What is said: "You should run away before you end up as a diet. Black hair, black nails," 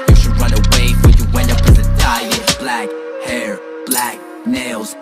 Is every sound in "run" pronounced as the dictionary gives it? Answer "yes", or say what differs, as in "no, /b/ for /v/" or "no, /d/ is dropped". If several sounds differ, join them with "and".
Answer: yes